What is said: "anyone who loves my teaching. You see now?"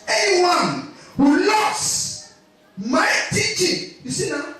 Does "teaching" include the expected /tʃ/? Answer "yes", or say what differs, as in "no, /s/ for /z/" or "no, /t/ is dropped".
yes